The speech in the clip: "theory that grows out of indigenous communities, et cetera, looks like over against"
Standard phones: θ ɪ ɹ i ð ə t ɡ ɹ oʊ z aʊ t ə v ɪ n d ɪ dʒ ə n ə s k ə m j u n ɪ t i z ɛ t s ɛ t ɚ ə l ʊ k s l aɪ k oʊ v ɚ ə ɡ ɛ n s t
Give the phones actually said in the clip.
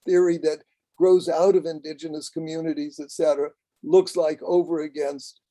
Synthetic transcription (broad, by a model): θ ɪ ɹ i ð ə t ɡ ɹ oʊ z aʊ t ə v ɪ n d ɪ dʒ ə n ə s k ə m j u n ɪ t i z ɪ t s ɛ t ɚ ə l ʊ k s l aɪ k oʊ v ɚ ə ɡ ɛ n s t